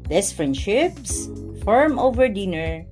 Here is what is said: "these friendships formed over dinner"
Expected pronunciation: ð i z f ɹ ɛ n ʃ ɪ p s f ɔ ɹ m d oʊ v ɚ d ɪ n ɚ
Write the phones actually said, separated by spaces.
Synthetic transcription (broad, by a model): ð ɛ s f ɹ ɛ n ʃ ɪ p s f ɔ ɹ m oʊ v ɚ d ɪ n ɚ